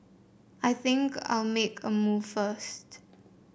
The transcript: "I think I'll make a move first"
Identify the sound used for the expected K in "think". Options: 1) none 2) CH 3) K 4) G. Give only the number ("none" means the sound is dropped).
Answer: 3